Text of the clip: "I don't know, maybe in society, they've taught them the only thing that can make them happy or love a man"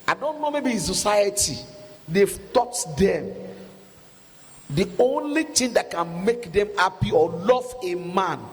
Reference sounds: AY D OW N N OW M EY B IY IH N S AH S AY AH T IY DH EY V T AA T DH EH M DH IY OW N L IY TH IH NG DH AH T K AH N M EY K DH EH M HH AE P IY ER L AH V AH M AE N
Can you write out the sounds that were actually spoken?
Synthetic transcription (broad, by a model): AY D OW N N OW M EY B IY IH S AH S AY AH T IY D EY F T AA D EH M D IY OW N L IY T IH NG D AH T K AH N M EY K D EH M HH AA P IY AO L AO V AH M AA N